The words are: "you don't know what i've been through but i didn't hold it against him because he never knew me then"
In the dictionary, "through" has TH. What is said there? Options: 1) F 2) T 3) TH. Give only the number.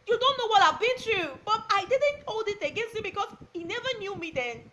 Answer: 2